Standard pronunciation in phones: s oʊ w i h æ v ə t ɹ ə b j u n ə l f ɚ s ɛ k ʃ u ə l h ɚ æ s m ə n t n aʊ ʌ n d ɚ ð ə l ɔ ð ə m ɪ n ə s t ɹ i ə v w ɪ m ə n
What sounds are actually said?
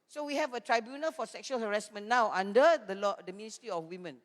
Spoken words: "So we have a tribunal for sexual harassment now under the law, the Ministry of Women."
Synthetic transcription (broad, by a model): s oʊ w i h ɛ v ə t ɹ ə b j u n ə l f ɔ s ɛ k ʃ u ə l h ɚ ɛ s m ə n n aʊ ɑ n d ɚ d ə l ɔ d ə m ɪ n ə s t ɹ i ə f w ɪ m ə n